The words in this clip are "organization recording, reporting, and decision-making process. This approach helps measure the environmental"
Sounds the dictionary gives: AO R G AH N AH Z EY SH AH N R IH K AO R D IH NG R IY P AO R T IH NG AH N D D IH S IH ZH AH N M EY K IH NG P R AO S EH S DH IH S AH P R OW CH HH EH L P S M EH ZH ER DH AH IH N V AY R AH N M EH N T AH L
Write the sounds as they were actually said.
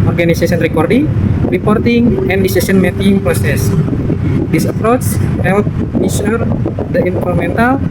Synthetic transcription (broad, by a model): AO R G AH N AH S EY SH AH N R IH K AO R D IH NG R IY P AO R T IH NG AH N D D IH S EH S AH N M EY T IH NG P R AO S EH S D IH S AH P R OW S HH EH L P M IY SH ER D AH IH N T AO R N M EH N T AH L